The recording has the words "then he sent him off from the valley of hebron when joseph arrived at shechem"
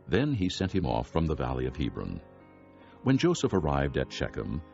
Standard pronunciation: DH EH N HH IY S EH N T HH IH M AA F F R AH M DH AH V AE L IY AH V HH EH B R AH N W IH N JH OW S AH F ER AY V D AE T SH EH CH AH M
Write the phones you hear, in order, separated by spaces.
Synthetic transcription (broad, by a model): DH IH N IY S EH N T HH IH M AA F F R AH M DH AH V AE L IY AH V HH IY B R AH N W IH N JH OW S AH F ER AY V D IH T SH EH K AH M